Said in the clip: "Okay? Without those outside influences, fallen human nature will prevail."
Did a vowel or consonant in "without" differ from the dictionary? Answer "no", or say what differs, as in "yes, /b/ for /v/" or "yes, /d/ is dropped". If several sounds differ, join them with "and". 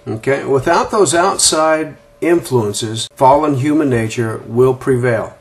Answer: no